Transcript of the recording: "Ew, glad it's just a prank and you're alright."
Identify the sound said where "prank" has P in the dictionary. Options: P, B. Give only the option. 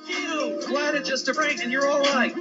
B